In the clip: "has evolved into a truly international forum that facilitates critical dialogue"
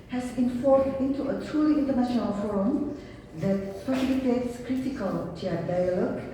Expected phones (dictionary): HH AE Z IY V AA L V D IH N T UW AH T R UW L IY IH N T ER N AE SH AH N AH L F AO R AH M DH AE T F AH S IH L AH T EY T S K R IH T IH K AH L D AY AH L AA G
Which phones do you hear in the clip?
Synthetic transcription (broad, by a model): HH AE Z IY F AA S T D IH N T UW AH T R UW L IY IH N T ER N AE SH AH N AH L F AO R AH M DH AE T P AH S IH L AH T EY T S K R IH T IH K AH L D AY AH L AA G